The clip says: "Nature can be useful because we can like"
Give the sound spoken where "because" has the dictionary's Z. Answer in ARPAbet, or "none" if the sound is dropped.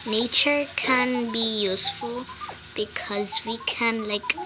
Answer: Z